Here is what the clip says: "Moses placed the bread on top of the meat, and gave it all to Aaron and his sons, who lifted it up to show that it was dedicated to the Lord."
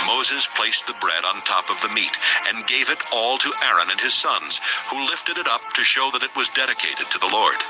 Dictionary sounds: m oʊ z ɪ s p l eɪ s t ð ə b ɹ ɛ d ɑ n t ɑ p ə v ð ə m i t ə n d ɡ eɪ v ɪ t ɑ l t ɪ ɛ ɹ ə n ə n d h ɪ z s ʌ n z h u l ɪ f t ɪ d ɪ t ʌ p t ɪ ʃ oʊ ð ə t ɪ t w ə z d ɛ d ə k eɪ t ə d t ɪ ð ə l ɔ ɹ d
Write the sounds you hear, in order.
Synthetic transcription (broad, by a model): m oʊ z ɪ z p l eɪ s ð ə b ɹ ɛ d n t ɑ p ə v ð ə m i t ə n ɡ eɪ v ɪ t ɑ l t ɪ ɛ ɹ ə n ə n ɪ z s ʌ n z h u l ɪ f t ɪ d ɪ t ʌ p t ɪ ʃ oʊ ð ə t ɪ t w ə z d ɛ d ə k eɪ t ə d t ɪ ð ə l ɔ ɹ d